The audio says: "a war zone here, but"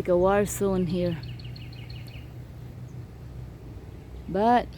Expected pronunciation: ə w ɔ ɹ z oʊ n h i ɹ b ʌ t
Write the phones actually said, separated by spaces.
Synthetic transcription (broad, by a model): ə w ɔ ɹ s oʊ n h i ɹ b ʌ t